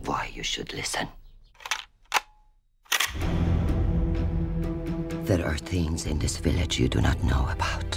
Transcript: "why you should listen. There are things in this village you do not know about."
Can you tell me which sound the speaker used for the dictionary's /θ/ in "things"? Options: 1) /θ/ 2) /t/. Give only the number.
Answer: 1